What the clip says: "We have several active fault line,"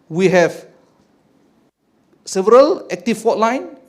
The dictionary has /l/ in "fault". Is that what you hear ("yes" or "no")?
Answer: no